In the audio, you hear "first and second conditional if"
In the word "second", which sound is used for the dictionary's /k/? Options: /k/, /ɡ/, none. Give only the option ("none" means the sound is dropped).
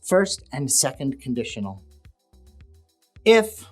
/k/